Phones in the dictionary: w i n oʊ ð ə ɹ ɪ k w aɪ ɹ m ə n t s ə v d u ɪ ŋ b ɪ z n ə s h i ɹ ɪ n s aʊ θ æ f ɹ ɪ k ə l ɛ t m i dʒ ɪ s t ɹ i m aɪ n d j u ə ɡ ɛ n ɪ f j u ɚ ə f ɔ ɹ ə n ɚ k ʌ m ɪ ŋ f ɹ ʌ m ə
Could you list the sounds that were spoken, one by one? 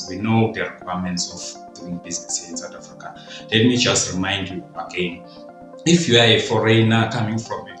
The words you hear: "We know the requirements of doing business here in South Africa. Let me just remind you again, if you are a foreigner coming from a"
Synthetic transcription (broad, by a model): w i n oʊ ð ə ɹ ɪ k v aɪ m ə n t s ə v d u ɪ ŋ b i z n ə s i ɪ n s aʊ t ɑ f ɹ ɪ k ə l ɛ t m i dʒ ɪ s t ɹ i m aɪ n d j u ə ɡ ɛ n ɪ f j u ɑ ə f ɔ ɹ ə n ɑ k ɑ m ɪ ŋ f ɹ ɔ m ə